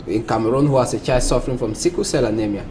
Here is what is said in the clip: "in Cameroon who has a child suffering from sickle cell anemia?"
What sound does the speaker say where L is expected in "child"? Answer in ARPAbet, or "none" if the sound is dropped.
none